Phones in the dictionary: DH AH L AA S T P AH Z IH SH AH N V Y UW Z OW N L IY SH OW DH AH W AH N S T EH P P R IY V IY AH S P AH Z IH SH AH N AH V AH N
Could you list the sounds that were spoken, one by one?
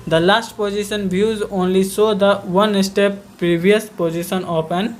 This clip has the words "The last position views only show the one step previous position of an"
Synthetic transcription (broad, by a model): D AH L AA S T P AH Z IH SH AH N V Y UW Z OW N L IY S OW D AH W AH N S T EH P P R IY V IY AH S P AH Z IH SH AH N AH P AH N